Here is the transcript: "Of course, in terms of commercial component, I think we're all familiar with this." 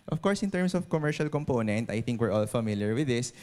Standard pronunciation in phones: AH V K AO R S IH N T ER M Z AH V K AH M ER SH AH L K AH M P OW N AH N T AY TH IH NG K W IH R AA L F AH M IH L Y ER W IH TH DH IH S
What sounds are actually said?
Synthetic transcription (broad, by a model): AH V K AO R S IH N T ER M S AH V K AH M ER SH AH L K AH M P OW N AH N T AY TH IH NG K W IH R AA L F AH M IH L Y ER W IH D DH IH S